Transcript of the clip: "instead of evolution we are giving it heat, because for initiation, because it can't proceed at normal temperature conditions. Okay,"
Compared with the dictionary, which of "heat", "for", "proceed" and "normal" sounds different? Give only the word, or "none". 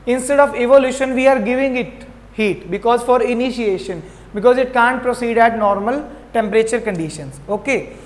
none